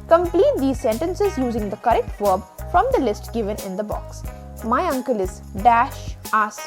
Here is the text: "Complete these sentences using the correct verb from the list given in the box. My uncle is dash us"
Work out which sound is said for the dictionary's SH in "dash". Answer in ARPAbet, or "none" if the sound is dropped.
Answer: SH